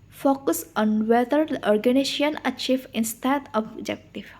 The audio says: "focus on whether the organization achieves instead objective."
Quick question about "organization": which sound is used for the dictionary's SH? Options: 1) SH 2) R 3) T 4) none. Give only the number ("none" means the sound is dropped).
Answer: 4